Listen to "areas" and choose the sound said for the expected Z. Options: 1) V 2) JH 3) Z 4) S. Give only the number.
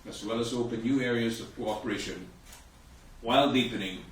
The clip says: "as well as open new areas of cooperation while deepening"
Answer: 3